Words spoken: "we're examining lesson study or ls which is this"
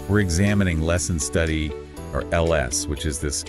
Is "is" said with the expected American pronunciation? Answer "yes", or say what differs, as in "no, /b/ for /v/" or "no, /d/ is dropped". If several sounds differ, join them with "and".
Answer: yes